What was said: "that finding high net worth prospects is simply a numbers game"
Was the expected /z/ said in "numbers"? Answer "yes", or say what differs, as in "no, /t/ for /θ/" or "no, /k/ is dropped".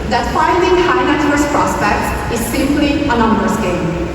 no, /s/ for /z/